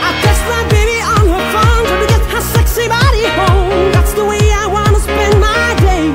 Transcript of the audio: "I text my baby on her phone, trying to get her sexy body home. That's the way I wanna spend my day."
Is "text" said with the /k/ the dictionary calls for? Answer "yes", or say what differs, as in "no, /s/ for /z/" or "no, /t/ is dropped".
no, /k/ is dropped